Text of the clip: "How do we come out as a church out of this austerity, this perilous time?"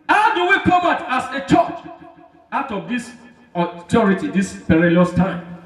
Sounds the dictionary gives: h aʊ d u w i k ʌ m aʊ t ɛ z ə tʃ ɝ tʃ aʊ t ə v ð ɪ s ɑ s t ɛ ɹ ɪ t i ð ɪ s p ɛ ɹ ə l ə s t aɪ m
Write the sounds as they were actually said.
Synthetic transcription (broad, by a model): h aʊ d u w i k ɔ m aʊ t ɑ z ə tʃ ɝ tʃ aʊ t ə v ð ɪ s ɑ t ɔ ɹ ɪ t i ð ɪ s p ɛ ɹ ə l ə s t aɪ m